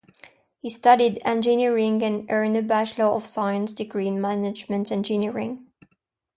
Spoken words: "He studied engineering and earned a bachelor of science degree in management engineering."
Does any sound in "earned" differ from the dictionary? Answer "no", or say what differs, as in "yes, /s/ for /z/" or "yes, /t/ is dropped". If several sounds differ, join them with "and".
yes, /d/ is dropped